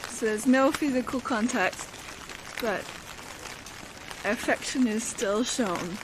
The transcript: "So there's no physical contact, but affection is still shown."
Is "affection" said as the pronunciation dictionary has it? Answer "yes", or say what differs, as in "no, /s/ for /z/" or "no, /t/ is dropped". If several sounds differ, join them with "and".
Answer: yes